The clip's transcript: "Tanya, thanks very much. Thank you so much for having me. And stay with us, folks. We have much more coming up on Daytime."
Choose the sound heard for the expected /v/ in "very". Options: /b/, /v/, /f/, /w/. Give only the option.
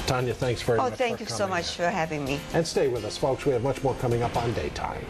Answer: /f/